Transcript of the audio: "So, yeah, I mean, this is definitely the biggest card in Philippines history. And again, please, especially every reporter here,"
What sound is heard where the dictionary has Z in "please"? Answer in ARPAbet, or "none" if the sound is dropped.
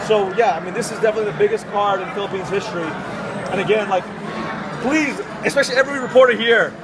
Z